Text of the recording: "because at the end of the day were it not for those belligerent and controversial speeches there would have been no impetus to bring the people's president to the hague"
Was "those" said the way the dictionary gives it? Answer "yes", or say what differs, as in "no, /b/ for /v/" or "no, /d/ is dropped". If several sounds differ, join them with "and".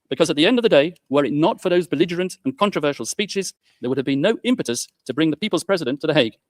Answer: yes